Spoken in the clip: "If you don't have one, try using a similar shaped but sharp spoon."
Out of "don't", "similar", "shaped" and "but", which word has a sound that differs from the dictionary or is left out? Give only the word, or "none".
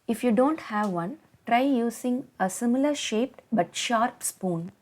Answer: none